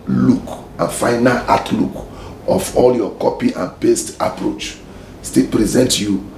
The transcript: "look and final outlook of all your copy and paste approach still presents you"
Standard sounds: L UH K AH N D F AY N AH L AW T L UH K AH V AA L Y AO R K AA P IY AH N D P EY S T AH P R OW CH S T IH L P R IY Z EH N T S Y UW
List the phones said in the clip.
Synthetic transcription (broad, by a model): L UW K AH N F AY N AH L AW T L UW K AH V AA L Y AO K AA P IY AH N P EY S T AH P R OW CH S T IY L P R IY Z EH N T Y UW